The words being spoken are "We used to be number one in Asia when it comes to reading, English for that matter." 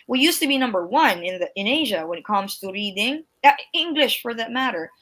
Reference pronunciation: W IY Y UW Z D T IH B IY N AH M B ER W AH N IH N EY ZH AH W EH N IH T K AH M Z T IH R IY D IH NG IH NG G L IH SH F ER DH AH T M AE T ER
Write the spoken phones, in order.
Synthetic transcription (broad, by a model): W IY Y UW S T IH B IY N AH M B ER W AH N IH N EY ZH AH W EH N IH T K AH M Z T IH R IY D IH NG IH NG G L IH SH F ER DH AH T M AE T ER